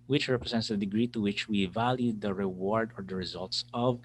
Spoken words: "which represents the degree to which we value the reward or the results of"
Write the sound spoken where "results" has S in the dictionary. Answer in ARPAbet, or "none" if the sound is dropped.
S